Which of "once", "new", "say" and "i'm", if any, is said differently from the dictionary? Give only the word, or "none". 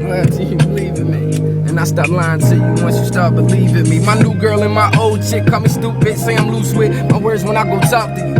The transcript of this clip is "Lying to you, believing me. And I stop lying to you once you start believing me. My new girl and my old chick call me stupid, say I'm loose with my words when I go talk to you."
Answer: once